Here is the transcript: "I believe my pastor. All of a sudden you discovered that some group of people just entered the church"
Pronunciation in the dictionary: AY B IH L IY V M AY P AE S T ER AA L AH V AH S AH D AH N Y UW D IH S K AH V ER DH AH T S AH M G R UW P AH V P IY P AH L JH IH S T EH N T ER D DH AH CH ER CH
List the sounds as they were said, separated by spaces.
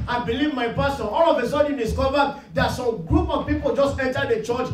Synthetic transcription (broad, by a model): AY B IH L IY V M AY P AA S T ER AA L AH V AH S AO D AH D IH S K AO V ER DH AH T S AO M G R UW P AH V P IY P AH L JH IH S T EH N T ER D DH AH CH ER CH